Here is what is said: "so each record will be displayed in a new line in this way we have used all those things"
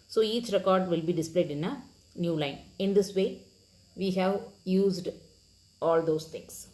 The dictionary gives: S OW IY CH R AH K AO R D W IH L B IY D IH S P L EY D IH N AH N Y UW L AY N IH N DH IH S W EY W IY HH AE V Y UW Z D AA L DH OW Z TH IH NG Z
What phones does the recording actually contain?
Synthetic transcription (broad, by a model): S OW IY CH R AH K AO R D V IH L B IY D IH S P L EY D IH N AH N Y UW L AY N IH N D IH S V EY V IY HH AE V Y UW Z D AA L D OW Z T IH NG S